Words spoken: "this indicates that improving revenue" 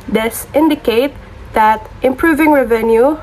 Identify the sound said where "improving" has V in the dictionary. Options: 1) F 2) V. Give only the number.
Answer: 2